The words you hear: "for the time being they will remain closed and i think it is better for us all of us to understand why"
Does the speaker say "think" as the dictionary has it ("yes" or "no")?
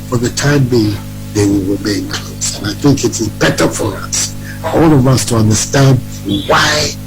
yes